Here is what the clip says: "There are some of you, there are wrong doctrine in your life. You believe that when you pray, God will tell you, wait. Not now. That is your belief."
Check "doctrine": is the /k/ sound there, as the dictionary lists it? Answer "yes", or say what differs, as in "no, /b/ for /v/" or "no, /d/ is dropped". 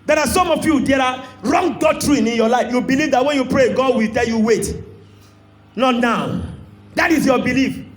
no, /k/ is dropped